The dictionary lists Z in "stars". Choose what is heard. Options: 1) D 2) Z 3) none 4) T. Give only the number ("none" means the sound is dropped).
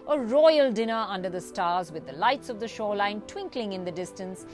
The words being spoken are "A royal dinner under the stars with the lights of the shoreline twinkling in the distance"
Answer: 2